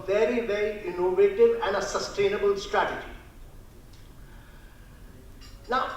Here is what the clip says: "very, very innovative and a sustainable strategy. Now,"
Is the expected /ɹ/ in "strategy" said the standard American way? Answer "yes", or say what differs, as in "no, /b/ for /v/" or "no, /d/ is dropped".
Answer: yes